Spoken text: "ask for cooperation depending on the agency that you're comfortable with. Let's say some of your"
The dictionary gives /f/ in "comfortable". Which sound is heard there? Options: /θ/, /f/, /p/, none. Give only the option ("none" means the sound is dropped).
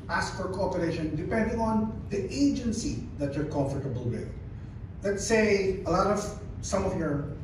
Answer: /f/